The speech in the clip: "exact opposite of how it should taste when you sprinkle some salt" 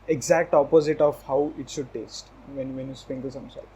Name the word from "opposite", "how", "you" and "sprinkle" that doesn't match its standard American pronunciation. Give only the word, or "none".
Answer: sprinkle